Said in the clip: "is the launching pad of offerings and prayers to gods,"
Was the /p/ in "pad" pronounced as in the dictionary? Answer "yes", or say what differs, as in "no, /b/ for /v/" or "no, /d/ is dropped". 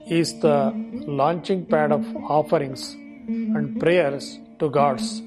yes